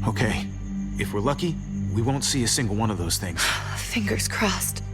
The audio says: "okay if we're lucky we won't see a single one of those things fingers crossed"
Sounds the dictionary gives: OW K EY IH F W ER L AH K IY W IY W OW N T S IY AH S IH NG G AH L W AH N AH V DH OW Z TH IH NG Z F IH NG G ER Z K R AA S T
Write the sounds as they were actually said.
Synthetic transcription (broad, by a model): OW K EY IH F W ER L AH K IY W IY W OW N T S IY AH S IH NG G L W AH N AH V DH OW Z TH IH NG Z F IH NG G ER Z K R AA S T